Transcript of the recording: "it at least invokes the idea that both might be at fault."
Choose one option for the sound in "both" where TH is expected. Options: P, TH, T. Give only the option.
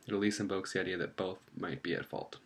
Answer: TH